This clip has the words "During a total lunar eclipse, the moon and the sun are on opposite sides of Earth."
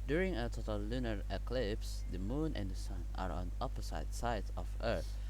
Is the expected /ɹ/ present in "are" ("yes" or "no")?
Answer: yes